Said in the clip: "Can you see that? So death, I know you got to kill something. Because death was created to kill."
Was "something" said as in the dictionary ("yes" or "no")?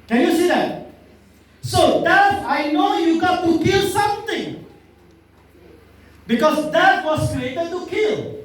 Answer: no